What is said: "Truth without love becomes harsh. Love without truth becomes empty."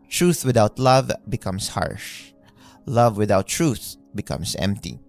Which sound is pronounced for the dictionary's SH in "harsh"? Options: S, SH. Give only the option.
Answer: SH